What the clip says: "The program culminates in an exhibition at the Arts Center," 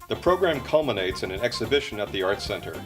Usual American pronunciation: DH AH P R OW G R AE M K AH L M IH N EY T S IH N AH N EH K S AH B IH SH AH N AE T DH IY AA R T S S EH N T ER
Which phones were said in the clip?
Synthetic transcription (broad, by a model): DH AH P R OW G R AE M K AH L M IH N EY T S IH N AH N EH K S AH B IH SH AH N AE T DH IY AA R T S S EH N T ER